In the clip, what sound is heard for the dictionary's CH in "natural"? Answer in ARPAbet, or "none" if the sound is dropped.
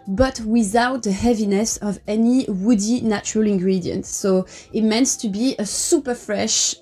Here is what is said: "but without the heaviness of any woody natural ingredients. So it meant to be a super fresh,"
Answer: CH